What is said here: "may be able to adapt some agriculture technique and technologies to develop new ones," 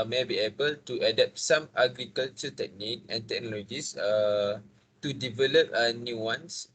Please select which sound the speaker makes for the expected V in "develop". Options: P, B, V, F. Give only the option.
V